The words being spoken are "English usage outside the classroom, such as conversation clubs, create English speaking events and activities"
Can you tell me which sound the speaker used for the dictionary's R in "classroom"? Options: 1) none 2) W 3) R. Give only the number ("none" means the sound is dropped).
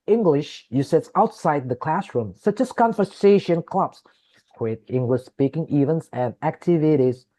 3